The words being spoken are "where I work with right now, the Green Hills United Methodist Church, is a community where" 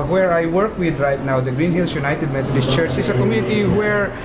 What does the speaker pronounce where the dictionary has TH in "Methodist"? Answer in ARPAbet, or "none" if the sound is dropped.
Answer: T